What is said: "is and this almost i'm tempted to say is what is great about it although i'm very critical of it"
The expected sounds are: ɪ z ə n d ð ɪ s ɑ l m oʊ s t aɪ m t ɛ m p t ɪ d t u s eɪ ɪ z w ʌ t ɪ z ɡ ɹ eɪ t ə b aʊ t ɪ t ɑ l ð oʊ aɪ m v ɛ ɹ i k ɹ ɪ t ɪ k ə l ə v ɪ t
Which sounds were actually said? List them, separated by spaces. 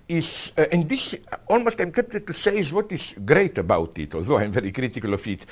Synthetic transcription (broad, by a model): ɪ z ə n d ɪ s ɑ l m oʊ s t aɪ m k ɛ p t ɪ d t u s eɪ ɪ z w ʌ t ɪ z ɡ ɹ eɪ t ə b aʊ t ɪ t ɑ l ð oʊ aɪ m v ɛ ɹ i k ɹ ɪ t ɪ k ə l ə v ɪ t